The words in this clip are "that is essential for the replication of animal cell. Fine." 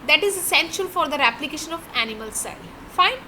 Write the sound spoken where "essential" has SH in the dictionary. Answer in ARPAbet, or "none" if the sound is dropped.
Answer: SH